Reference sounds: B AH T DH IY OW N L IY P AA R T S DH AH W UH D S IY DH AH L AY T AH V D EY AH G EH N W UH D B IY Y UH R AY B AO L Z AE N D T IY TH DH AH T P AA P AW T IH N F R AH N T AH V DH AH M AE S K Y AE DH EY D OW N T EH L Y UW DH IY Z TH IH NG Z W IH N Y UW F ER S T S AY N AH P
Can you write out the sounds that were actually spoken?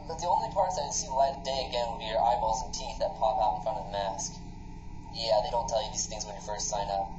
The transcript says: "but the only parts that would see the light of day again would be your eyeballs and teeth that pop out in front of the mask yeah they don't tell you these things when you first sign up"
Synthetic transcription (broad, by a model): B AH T DH IY OW N L IY P AA R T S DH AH S IY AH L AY AH D EY AH G EH N W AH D B IY Y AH R AY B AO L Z N T IY TH DH AH T P AA P AW T N F R AH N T AH V DH AH M AE S K Y AE DH EY D OW N T EH L Y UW DH IY Z TH IH NG Z W IH N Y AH F ER S T S AY N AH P